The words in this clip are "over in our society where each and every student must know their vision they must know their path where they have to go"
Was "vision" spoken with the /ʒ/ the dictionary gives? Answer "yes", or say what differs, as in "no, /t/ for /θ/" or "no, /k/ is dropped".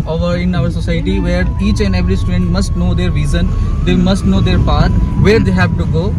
no, /z/ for /ʒ/